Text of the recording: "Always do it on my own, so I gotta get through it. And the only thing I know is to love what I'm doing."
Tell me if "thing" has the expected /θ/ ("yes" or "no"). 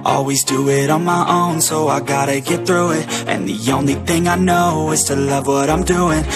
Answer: yes